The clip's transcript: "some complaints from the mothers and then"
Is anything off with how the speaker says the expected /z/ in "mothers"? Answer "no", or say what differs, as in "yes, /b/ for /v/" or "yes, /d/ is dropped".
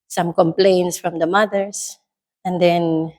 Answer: yes, /s/ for /z/